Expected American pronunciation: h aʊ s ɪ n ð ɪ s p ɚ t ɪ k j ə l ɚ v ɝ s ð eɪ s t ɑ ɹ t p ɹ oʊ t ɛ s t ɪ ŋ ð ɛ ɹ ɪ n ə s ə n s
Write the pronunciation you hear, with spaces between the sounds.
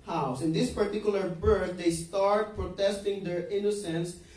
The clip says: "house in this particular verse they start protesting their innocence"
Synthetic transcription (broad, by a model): h aʊ s ɪ n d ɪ s p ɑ t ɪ k j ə l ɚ b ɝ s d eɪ s t ɑ ɹ t p ɹ oʊ t ɛ s t ɪ ŋ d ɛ ɹ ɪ n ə s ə n s